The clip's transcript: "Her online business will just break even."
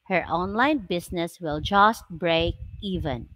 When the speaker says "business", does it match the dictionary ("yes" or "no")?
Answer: no